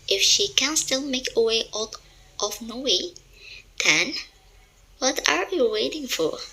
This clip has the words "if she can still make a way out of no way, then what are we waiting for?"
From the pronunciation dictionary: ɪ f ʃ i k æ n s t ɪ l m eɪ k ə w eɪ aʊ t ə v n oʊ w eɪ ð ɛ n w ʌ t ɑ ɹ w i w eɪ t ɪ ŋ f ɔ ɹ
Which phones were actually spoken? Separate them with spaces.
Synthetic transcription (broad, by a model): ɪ f ʃ i k æ n s t ɪ l m eɪ k ə w eɪ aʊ t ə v n oʊ w eɪ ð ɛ n w ʌ t ɑ ɹ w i w eɪ t ɪ ŋ f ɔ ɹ